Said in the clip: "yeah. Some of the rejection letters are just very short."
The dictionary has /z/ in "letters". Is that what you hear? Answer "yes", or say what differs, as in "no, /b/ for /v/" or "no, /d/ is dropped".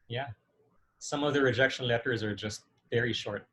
yes